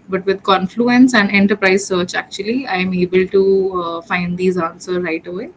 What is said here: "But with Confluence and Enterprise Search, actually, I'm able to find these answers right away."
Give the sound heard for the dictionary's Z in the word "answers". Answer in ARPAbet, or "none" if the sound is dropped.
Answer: none